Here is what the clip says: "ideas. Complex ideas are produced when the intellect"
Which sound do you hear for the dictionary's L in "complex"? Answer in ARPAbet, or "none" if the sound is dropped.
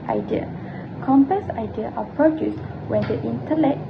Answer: none